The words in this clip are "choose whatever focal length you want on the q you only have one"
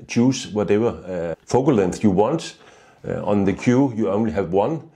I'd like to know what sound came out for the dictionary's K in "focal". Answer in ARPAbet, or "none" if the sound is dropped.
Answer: none